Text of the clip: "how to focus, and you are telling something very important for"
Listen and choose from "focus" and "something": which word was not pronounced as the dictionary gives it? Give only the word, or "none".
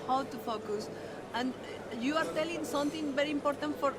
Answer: something